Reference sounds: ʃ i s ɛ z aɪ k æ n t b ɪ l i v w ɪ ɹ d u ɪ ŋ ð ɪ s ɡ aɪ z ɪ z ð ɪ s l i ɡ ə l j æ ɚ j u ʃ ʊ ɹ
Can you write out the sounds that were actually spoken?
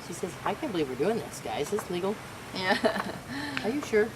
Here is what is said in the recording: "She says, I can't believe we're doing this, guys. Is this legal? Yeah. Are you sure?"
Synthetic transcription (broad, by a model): ʃ i s ɛ z aɪ k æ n b ɪ l i v w ɪ ɹ d u ɪ ŋ ð ɪ s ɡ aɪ ɪ z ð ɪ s l i ɡ l j æ ɚ j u ʃ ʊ ɹ